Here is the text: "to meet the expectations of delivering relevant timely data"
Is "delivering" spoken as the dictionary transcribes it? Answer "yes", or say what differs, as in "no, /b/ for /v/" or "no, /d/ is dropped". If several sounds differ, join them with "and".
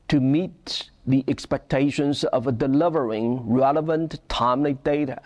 yes